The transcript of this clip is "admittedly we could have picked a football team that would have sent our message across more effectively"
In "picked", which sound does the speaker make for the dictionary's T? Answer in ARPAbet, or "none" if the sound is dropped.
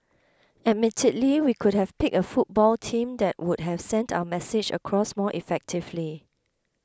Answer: none